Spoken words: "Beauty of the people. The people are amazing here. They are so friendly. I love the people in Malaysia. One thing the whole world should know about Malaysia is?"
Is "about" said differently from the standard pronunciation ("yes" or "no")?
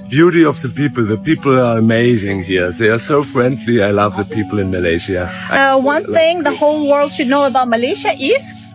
no